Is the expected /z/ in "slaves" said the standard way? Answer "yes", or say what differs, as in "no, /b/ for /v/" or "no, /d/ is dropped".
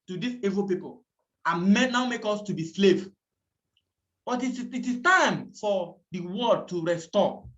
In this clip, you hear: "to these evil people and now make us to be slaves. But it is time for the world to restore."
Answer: no, /z/ is dropped